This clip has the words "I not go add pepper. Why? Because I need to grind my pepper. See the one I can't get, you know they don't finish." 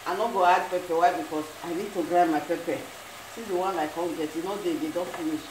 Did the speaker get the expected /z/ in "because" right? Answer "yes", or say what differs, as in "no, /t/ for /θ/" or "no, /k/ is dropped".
no, /s/ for /z/